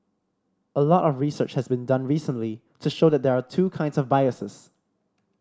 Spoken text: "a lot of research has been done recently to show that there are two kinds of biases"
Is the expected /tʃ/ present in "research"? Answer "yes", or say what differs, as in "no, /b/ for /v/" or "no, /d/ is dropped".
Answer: yes